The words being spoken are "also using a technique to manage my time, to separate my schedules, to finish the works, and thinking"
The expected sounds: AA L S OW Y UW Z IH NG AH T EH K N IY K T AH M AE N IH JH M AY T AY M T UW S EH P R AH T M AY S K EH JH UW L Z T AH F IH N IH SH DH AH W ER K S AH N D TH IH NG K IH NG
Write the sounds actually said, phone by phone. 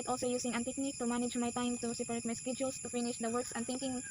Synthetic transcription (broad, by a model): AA L S OW Y UW S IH NG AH T EH K N IY K T AH M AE N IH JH M AY T AY M T UW S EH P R T M AY S K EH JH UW L S T AH F IH N IH SH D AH W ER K S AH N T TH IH NG K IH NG